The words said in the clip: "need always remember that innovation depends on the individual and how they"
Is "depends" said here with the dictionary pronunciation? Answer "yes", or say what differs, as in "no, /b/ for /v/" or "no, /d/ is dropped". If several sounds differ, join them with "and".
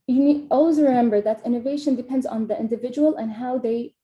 yes